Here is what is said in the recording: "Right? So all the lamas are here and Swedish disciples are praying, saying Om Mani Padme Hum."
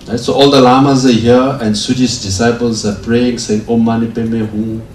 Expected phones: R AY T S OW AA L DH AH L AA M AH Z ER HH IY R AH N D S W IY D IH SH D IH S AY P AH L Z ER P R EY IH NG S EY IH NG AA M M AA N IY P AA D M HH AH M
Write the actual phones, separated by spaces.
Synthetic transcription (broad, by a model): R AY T S OW AA L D AH L AA M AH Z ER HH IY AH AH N S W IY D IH S D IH S AY P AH L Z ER P R EY IH NG S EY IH NG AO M M AA N IY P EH M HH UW